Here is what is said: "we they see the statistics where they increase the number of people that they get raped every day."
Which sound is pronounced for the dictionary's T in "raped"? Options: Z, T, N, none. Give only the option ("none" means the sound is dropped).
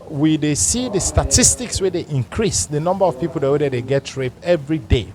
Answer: none